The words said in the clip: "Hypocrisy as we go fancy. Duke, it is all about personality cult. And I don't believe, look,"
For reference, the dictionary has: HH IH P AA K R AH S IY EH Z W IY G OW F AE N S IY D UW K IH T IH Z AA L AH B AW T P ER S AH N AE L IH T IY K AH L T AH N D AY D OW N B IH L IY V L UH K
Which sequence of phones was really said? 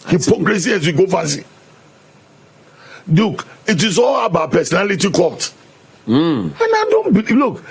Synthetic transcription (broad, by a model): HH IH P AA K R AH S IY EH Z W IY G OW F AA S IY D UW K IH T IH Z AA L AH B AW P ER S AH N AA L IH T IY K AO T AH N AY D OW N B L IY L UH K